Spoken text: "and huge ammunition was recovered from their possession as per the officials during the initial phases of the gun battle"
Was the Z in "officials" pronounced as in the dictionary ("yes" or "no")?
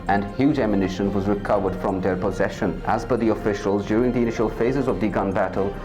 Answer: yes